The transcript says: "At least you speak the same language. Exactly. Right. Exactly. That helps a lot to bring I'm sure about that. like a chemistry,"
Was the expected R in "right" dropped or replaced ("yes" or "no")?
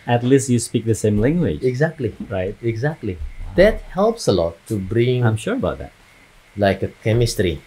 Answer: no